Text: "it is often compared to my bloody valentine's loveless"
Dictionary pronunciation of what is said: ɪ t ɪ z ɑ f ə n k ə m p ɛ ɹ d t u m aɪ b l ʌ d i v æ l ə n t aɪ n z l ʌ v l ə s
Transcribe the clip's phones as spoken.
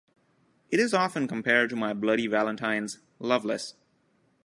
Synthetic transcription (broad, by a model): ɪ t ɪ z ɑ f ə n k ə m p ɛ ɹ d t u m aɪ b l ʌ d i v æ l ə n t aɪ n z l ʌ v l ə s